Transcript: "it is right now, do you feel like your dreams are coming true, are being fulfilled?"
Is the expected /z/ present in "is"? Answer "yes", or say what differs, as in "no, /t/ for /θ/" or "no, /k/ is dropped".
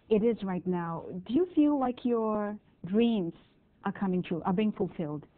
yes